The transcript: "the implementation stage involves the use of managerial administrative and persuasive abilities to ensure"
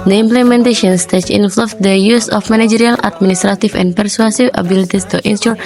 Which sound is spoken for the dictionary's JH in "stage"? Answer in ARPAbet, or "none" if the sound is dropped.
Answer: CH